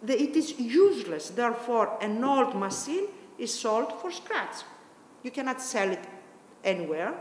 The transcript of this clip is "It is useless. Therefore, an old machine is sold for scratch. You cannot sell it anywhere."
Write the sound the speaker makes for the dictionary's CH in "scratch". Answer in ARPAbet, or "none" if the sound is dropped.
S